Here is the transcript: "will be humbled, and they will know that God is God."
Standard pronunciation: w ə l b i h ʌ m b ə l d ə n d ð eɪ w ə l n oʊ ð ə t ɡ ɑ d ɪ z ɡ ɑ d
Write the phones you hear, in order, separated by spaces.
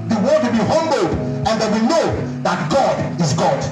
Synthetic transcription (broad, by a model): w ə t b i h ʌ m b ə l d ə n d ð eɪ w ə n oʊ ð ə t ɡ ɑ d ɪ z ɡ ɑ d